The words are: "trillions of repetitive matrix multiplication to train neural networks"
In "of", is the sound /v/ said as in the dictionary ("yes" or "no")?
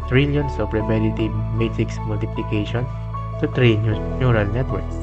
no